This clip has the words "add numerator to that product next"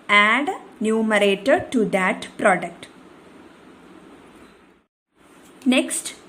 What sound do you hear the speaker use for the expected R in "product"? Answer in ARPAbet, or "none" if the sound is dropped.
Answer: R